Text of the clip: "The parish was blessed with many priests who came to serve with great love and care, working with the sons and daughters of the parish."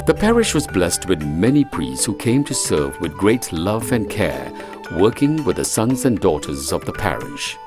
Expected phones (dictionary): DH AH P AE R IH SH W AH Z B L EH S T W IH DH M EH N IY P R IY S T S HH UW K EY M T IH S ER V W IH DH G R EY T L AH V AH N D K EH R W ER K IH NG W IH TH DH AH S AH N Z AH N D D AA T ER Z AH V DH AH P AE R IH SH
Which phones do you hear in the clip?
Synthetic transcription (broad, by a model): DH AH P AE R IH SH W AH Z B L EH S T W IH DH M EH N IY P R IY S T S HH UW K EY M T IH S ER V W IH DH G R EY T L AH V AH N K EH R W ER K IH NG W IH DH AH S AH N Z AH N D D AA T ER Z AH V DH AH P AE R IH SH